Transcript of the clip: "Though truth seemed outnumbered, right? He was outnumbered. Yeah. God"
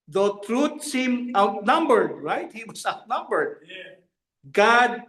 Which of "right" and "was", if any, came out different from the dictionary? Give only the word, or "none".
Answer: was